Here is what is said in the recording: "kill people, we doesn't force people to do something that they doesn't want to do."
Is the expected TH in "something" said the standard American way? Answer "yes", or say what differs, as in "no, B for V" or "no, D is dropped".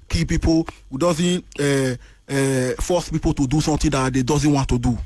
no, T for TH